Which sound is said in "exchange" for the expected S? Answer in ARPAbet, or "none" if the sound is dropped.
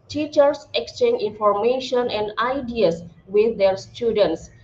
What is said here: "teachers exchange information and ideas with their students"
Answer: S